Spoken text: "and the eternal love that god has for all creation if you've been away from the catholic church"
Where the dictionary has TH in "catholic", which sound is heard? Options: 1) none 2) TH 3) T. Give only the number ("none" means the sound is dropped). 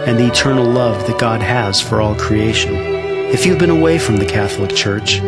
2